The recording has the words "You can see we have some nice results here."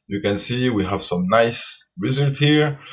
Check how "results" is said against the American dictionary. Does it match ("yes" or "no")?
no